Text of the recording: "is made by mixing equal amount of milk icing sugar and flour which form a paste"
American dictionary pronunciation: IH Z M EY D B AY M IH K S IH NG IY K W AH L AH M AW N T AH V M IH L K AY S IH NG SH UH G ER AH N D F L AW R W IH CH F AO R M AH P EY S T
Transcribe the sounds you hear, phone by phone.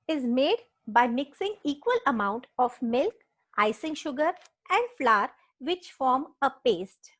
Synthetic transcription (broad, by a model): IH Z M EY D B AY M IH K S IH NG IY K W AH L AH M AW N T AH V M IH L K AY S IH NG SH UH G ER AH N D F L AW R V IH CH F AO R M AH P EY S T